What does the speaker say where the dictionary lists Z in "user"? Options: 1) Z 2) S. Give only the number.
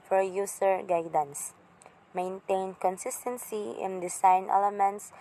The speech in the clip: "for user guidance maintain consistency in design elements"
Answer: 2